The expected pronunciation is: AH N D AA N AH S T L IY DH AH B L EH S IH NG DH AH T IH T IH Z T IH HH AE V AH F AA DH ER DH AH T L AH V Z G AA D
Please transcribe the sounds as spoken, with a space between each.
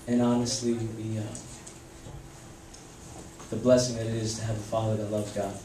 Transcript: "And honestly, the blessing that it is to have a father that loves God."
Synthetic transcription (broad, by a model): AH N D AA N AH S T L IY DH AH B L EH S IH NG DH AH T IH T IH Z T IH V AH F AA DH ER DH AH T L AH V G AA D